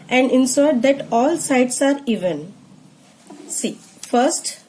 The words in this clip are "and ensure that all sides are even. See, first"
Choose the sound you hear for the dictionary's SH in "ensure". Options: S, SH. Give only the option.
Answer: S